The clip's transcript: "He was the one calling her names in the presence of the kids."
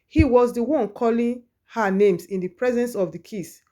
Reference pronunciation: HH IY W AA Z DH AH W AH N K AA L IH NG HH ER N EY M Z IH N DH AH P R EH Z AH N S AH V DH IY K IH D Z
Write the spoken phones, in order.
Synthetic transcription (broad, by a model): HH IY W AA Z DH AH W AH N K AA L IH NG HH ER N EY M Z IH N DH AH P R EH Z AH N S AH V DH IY K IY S